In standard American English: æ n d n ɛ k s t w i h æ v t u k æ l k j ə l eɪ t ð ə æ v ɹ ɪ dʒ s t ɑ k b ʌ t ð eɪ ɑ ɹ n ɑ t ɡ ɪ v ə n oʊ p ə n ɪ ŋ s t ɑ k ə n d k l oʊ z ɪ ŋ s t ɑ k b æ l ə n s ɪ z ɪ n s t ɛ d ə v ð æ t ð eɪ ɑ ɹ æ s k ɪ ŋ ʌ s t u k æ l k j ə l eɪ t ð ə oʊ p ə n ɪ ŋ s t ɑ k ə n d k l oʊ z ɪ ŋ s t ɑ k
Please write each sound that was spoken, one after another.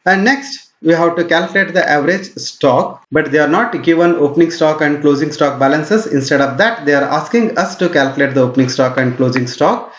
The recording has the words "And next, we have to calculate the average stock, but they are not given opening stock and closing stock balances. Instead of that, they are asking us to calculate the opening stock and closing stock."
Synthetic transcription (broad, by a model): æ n d n ɛ k s t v i h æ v t u k æ l k j ə l eɪ t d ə æ v ɹ ɪ dʒ s t ɑ k b ʌ t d eɪ ɑ ɹ n ɑ t ɡ ɪ v ə n oʊ p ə n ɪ ŋ s t ɑ k ə n d k l oʊ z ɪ ŋ s t ɑ k b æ l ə n s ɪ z ɪ n s t ɛ d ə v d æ t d eɪ ɑ ɹ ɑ s k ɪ ŋ ʌ s t u k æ l k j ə l eɪ t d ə oʊ p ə n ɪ ŋ s t ɑ k ə n d k l oʊ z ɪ ŋ s t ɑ k